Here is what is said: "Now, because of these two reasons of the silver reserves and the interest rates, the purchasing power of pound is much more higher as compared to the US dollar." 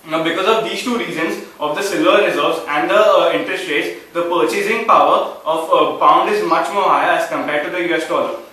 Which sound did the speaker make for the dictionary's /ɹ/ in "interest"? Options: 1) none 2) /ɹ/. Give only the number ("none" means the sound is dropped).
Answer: 2